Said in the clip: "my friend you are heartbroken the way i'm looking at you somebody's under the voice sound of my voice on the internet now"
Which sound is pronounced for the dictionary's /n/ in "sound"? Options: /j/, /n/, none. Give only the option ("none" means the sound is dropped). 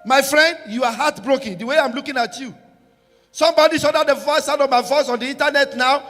none